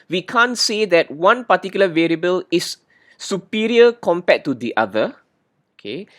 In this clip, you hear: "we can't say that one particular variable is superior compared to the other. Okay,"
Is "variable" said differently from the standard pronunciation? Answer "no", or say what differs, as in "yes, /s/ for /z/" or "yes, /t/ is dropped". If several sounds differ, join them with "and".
no